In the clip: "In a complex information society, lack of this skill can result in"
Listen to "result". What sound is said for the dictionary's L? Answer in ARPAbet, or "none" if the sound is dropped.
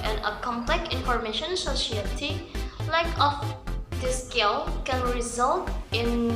L